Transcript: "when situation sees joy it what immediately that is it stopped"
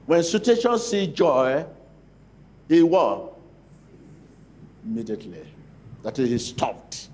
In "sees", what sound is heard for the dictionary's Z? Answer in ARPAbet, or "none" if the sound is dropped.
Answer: none